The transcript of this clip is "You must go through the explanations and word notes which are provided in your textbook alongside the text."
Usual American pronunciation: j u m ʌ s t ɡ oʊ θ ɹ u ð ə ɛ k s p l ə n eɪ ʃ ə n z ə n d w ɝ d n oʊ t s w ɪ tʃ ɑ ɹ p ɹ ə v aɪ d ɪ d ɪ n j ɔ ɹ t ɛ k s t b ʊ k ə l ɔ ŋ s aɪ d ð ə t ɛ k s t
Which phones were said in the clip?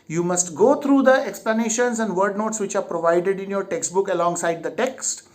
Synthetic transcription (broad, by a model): j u m ʌ s t ɡ oʊ t ɹ u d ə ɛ k s p l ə n eɪ ʃ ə n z ə n d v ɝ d n oʊ t s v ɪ tʃ ɑ ɹ p ɹ ə v aɪ d ɪ d ɪ n j ɔ ɹ t ɛ k s t b ʊ k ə l ɔ ŋ s aɪ d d ə t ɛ k s t